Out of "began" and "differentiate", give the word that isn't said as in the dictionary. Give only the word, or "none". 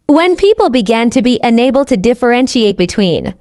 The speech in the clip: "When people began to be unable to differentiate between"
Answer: none